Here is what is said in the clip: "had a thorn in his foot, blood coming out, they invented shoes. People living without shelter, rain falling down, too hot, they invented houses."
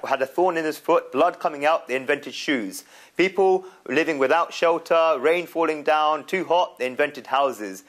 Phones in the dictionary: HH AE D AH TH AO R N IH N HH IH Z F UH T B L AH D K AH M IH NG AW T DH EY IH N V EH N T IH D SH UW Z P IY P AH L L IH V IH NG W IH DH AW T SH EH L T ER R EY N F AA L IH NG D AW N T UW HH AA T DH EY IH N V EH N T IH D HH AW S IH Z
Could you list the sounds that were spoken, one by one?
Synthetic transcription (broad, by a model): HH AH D AH TH AO N IH N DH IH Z F UH T B L AH D K AH M IH NG AW T DH EY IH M V EH N T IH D SH UW Z P IY P AH L L IH V IH NG W IH DH AW T SH EH L T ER R EY N F AA L IH NG D AW N T UW HH AA T DH EY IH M V EH N T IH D HH AW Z IH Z